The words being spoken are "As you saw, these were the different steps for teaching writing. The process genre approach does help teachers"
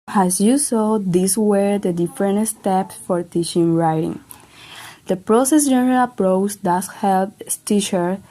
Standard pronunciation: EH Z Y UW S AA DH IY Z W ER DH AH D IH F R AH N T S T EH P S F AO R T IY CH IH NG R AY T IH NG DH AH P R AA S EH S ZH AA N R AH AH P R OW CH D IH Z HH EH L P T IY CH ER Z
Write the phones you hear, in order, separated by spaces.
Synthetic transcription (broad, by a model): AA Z Y UW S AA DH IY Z W ER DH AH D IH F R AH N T S T EH P S F AO R T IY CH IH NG R AY T IH NG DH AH P R AA S EH S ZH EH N R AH AH P R OW CH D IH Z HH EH L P T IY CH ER